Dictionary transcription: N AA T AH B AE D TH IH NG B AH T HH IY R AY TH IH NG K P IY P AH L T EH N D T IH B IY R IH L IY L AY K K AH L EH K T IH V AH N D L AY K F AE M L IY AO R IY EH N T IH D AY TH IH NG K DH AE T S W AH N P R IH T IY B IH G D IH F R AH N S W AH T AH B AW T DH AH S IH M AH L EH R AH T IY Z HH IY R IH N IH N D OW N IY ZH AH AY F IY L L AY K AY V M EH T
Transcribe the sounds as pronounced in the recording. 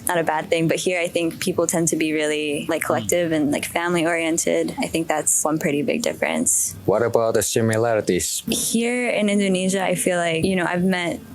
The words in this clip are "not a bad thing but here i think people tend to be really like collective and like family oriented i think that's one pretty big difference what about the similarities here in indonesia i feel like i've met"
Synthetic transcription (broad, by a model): N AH T AH B AE D TH IH NG B AH T HH IY R AY TH IH NG K P IY P L T EH N D T IH B IY R IH L IY L AY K K AH L EH K T IH V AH N L AY K F AE M L IY AO R IY EH N T IH D AY TH IH NG K DH AE T S W AH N P R IH T IY B IH G D IH F R AH N S W AH T AH B AW T DH AH S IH M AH L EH R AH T IY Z HH IY R IH N IH N D OW N IY ZH AH AY F IY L L AY K AY V M EH T